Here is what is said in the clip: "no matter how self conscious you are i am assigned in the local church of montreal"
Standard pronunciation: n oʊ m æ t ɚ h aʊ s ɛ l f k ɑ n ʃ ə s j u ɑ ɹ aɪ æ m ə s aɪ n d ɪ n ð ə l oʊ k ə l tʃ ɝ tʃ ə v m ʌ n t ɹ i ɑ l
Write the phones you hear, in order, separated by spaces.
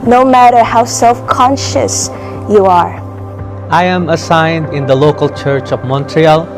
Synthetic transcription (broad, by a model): n oʊ m æ t ɚ h aʊ s ɛ l f k ɑ n ʃ ə s j u ɑ ɹ aɪ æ m ə s aɪ n d ɪ n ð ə l oʊ k ə l tʃ ɝ tʃ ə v m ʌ n t ɹ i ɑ l